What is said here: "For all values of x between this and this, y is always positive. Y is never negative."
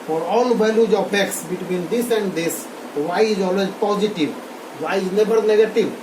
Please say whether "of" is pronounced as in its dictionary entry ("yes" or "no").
no